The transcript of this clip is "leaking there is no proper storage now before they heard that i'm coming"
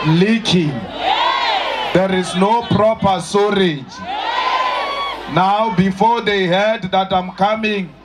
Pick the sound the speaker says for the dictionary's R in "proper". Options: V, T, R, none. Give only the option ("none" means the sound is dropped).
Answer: R